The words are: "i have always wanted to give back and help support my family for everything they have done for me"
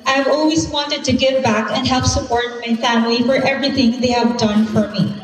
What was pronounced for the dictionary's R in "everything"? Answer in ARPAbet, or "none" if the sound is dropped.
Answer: R